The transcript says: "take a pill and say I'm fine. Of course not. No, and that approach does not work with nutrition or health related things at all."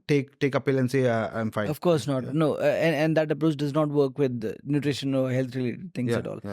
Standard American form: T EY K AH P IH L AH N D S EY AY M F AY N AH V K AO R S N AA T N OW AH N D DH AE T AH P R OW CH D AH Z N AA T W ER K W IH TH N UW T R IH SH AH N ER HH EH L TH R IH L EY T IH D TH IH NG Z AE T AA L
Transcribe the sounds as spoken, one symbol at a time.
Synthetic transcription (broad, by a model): T EY K AH P IH L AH N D S EY AY M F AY AH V K AO R S N AA T N OW AH N D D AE T AH P R OW CH D AH Z N AA T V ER K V IH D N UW T R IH SH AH N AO HH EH L T R IH L EY T IH D T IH NG S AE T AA L